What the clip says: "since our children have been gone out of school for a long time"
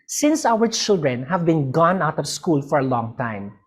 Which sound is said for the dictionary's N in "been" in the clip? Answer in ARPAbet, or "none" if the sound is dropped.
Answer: N